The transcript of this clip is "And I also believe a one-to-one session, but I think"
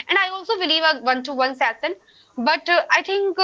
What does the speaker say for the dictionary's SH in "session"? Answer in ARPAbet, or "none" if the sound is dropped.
S